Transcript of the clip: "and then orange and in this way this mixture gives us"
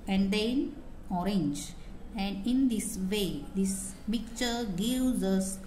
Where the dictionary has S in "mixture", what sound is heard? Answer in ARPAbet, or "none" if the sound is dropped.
none